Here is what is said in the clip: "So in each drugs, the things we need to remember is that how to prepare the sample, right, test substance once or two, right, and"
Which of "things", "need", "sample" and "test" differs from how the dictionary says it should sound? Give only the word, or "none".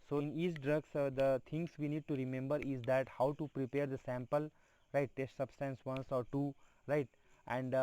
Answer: things